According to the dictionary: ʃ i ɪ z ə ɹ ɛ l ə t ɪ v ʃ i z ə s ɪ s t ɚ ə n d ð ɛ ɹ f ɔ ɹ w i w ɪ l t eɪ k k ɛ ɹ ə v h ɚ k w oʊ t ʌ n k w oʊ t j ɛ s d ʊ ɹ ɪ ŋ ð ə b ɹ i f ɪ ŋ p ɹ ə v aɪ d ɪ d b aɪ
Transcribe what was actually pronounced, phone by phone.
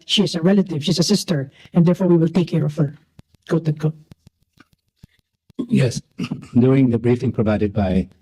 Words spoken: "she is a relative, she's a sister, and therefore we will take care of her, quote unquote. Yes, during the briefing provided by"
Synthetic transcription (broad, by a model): ʃ i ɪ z ə ɹ ɛ l ə t ɪ v ʃ i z ə s ɪ s t ɚ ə n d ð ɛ ɹ f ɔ ɹ w i w ɪ l t eɪ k k ɛ ɹ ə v h ɚ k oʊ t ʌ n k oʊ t j ɛ s d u ɪ ŋ ð ə b ɹ i f ɪ ŋ p ɹ ə v aɪ d ɪ d b aɪ